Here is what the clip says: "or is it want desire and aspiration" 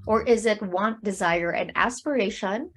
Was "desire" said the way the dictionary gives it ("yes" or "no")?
yes